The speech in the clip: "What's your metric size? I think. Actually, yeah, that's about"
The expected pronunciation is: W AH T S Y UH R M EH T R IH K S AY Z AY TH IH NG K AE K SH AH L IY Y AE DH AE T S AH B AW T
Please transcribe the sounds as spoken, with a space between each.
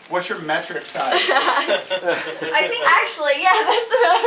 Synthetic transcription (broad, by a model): W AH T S Y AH R M EH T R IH K S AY AY TH IH NG K AE K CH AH L IY Y AE DH AE T S